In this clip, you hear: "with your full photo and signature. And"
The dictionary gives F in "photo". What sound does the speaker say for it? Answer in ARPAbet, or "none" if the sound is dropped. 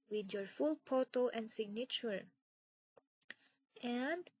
P